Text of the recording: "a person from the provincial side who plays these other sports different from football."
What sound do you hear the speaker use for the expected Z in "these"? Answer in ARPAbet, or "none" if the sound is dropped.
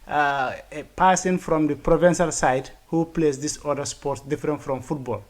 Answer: S